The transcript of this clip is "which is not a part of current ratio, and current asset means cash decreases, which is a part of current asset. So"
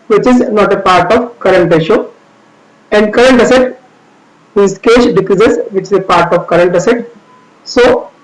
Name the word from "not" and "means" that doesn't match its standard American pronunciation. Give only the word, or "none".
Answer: means